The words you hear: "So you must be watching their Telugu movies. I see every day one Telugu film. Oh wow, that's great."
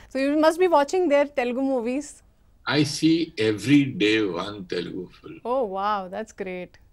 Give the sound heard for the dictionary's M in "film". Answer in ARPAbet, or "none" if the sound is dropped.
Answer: none